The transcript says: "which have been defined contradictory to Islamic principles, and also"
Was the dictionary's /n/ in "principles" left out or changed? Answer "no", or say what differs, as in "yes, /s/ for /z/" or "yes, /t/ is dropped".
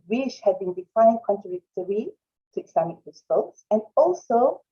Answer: yes, /n/ is dropped